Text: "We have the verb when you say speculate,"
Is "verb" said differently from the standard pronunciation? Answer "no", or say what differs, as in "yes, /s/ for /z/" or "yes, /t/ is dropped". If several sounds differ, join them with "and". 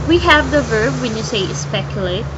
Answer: no